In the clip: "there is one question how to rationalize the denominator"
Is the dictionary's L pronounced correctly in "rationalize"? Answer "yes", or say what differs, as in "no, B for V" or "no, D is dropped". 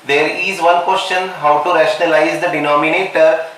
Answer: yes